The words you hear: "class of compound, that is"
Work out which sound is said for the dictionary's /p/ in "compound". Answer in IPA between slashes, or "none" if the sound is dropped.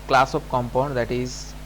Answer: /p/